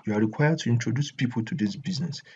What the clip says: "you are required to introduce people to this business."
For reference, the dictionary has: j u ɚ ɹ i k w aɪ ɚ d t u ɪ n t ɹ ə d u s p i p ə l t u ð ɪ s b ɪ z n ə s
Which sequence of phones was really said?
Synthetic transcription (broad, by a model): j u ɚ ɹ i k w aɪ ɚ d t u ɪ n t ɹ ə d u s p i p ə l t u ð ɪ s b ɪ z n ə s